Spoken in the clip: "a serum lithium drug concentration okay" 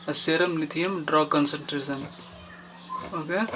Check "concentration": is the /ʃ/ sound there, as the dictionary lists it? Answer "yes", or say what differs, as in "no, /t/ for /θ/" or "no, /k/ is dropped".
no, /s/ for /ʃ/